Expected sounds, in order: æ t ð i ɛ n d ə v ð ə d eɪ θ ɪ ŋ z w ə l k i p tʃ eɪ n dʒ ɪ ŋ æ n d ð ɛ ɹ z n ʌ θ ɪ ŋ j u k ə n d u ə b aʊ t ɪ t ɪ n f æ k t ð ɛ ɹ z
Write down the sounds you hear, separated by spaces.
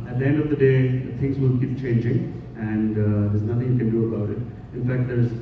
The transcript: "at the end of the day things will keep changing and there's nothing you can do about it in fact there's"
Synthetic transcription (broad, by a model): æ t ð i ɛ n d ə v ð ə d eɪ t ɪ ŋ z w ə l k i p tʃ eɪ n dʒ ɪ ŋ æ n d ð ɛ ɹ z n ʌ t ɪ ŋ j u k ə n d u ə b aʊ t ɪ t ɪ n f æ k t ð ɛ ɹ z